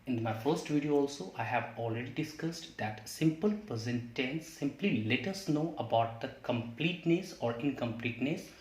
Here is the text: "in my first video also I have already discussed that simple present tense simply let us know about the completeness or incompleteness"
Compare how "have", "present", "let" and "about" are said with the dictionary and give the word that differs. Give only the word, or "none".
present